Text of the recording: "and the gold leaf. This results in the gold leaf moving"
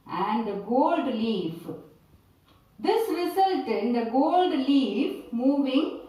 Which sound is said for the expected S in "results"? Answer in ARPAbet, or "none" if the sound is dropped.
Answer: none